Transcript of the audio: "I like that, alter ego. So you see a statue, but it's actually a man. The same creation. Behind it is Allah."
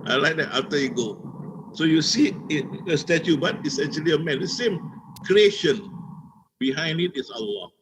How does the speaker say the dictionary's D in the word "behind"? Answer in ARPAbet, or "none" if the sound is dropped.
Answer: D